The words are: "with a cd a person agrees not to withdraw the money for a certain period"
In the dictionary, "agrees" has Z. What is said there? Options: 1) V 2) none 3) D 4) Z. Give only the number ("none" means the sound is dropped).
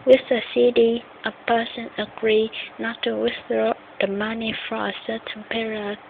2